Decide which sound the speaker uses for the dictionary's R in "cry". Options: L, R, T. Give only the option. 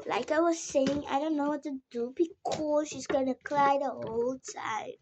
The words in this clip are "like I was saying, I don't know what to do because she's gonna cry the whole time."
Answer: L